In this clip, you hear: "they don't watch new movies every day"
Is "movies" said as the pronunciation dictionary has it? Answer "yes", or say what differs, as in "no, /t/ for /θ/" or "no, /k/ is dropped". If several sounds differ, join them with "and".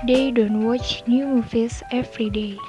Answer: no, /f/ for /v/ and /s/ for /z/